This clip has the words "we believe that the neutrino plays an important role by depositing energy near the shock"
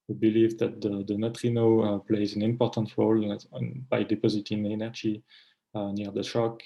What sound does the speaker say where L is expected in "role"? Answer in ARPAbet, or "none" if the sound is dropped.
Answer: L